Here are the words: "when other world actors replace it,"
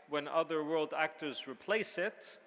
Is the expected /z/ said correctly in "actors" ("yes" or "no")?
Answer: yes